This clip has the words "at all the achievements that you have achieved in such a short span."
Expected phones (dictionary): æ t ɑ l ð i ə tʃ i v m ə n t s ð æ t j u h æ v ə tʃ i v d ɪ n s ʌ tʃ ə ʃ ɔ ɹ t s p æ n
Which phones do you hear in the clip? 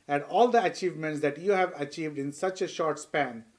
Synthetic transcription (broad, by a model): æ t ɑ l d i ə tʃ i v m ə n t s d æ t j u h æ v ə tʃ i v d ɪ n s ʌ tʃ ə ʃ ɔ ɹ t s p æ n